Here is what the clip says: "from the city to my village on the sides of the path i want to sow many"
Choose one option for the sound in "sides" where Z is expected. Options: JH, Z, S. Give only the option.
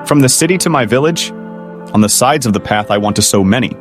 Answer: Z